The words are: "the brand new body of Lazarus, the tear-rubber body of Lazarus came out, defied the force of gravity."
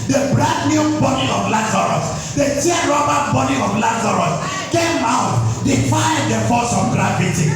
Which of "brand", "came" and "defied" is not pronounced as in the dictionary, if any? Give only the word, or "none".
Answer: brand